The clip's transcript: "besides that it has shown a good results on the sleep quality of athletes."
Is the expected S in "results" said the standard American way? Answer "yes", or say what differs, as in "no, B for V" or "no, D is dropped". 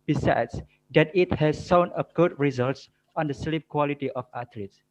yes